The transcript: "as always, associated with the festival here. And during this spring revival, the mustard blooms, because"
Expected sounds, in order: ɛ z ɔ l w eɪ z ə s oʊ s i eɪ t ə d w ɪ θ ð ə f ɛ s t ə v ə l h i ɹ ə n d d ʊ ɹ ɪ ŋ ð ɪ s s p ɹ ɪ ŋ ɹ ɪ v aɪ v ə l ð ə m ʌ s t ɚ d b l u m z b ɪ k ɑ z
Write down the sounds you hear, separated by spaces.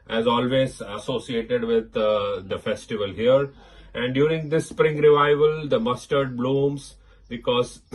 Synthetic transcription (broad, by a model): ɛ z ɔ l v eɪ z ə s oʊ s i eɪ t ə d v ɪ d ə f ɛ s t ə v ə l h i ɹ ə n d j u ɹ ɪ ŋ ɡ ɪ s s p ɹ ɪ ŋ ɹ ɪ v aɪ v ə l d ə m ʌ s t ɚ d b l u m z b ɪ k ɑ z